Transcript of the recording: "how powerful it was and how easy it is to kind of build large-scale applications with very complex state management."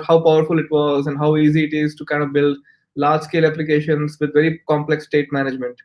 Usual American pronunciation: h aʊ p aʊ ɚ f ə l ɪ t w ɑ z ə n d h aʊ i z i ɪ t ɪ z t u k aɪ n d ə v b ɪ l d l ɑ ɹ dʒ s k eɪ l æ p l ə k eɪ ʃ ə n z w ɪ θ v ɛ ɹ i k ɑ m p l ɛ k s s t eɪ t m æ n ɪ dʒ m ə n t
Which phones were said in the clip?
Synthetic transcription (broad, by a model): h aʊ p aʊ ɚ f ə l ɪ t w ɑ z ə n d h aʊ i z i ɪ t ɪ z t u k aɪ n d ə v b ɪ l d l ɑ ɹ dʒ s k eɪ l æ p l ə k eɪ ʃ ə n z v ɪ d v ɛ ɹ i k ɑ m p l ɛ k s s t eɪ t m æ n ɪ dʒ m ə n t